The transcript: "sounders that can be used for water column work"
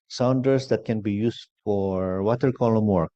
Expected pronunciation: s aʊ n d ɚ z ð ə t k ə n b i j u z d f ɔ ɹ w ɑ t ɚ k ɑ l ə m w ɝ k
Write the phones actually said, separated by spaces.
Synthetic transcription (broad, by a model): s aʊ n d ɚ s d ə t k ə n b i j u s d f ɔ ɹ w ɑ t ɚ k ɑ l ə m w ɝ k